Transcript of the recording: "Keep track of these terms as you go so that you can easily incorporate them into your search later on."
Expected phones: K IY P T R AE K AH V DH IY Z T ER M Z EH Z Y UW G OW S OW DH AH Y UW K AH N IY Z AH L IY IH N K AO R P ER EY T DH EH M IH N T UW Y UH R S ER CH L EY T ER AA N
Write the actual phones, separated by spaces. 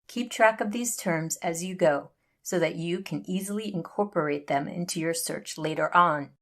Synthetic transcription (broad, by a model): K IY P T R AE K AH V DH IY Z T ER M Z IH Z Y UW G OW S OW DH AH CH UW K AH N IY Z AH L IY IH N K AO R P ER EY T DH EH M IH N T UW Y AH R S ER CH L EY T ER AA N